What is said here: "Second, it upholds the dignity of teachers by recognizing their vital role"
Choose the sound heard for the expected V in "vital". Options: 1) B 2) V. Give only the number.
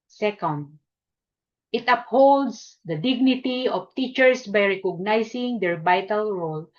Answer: 1